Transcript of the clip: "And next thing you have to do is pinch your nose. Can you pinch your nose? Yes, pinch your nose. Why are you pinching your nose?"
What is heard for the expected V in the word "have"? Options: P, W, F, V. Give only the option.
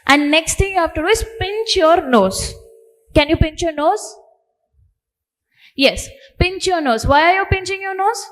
F